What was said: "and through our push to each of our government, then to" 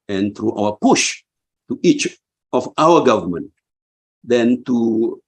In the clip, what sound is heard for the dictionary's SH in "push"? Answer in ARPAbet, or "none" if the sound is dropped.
SH